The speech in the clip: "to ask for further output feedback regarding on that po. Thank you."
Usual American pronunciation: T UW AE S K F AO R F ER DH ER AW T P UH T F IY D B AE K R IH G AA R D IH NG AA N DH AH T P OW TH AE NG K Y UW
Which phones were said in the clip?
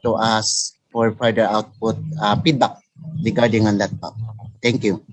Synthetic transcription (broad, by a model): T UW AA S F AO R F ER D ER AW T P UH T P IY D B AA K R IH G AA R D IH NG AA N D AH T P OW T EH NG K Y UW